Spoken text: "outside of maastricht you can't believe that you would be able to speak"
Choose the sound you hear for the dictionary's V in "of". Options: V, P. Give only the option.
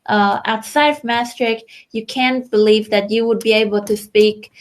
V